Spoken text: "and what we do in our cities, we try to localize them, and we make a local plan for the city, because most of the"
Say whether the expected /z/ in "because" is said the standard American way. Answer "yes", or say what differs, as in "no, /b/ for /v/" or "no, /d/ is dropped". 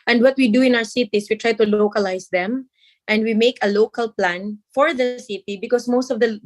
no, /s/ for /z/